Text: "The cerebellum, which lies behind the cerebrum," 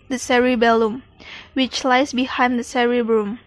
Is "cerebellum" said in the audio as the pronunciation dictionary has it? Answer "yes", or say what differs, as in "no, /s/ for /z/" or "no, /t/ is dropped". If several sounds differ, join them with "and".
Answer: yes